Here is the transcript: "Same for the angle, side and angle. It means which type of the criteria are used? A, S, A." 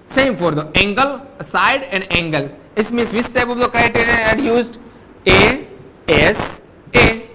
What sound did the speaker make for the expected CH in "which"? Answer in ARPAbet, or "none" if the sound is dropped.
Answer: S